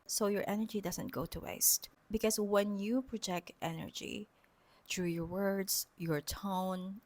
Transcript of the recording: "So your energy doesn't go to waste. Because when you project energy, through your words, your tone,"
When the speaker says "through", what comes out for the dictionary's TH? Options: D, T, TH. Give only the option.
T